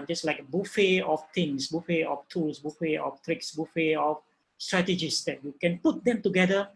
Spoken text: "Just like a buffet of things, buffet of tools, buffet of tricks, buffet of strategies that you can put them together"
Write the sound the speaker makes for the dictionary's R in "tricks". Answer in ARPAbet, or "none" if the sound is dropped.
R